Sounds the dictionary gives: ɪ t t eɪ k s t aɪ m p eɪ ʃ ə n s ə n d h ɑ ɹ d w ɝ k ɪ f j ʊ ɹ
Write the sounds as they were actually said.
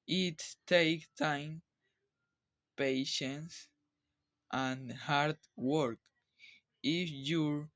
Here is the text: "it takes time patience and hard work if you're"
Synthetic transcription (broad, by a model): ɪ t t eɪ k t aɪ m p eɪ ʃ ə n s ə n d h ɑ ɹ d w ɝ k ɪ f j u ɹ